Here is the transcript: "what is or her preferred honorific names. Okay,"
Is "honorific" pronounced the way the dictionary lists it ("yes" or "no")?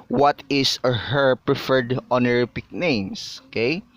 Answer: no